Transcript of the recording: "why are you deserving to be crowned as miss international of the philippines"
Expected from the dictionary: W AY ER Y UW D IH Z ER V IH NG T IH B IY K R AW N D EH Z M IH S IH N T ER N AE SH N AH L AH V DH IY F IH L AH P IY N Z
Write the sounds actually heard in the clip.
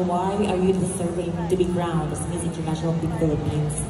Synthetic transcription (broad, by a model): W AY ER Y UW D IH S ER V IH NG T IH B IY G R AW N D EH S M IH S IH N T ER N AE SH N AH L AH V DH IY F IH L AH P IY N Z